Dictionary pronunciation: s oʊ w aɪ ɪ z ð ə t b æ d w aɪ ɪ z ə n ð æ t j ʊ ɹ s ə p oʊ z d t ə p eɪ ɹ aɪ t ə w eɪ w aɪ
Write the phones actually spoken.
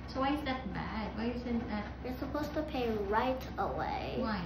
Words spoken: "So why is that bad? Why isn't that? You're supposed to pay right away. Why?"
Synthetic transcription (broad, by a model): s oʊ w aɪ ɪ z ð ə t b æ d w aɪ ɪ s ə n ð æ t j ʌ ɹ s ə p oʊ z t ə p eɪ ɹ aɪ t ə w eɪ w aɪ